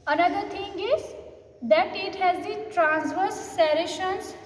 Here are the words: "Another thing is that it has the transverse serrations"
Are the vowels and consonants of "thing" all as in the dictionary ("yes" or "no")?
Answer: no